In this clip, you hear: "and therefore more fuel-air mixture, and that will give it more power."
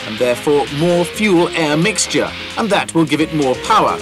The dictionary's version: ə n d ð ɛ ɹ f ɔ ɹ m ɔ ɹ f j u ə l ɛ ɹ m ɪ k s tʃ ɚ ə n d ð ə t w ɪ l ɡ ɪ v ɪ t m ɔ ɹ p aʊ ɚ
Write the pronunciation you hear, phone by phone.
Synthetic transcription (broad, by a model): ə n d ð ɛ ɹ f ɔ ɹ m ɔ ɹ f j u l ɛ ɹ m ɪ k s tʃ ɚ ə n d ð ə t w ɪ l ɡ ɪ v ɪ t m ɔ ɹ p aʊ ɚ